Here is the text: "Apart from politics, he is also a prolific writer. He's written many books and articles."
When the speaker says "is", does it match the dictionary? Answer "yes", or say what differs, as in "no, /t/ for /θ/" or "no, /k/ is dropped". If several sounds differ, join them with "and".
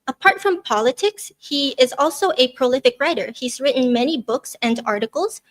yes